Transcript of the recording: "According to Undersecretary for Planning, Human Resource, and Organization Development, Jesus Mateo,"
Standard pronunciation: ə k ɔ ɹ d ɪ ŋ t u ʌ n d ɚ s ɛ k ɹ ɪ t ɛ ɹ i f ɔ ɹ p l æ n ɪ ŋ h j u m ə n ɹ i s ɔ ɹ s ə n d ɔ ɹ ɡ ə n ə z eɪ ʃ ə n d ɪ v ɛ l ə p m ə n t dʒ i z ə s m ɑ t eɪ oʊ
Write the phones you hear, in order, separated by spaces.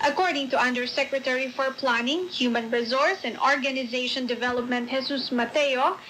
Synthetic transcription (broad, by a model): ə k ɔ ɹ d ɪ ŋ t u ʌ n d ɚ s ɛ k ɹ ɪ t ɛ ɹ i f ɔ ɹ p l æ n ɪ ŋ h j u m ə n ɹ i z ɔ ɹ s ə n d ɔ ɹ ɡ ə n ə z eɪ ʃ ə n d ɪ v ɛ l ə p m ə n t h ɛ s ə s m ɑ t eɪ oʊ